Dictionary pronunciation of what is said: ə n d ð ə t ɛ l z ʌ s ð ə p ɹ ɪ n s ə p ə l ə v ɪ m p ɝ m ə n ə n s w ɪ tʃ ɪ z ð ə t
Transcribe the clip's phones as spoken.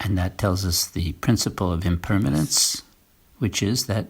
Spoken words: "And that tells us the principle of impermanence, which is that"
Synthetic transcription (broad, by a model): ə n ð ə t ɛ l z ʌ s ð ə p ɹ ɪ n s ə p l ə v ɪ m p ɝ m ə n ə n s w ɪ tʃ ɪ z ð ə t